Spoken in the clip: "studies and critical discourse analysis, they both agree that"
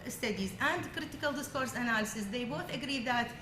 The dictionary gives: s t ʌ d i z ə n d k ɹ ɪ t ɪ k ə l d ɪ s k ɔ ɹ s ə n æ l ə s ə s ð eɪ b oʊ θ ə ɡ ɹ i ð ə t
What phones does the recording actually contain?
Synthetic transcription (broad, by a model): s t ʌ d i z ə n d k ɹ ɪ t ɪ k ə l d ɪ s k ɔ ɹ s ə n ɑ l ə s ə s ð eɪ b oʊ θ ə ɡ ɹ i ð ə t